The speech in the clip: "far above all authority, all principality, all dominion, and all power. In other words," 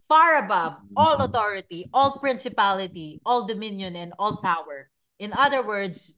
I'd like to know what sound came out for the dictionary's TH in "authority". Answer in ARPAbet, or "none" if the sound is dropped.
T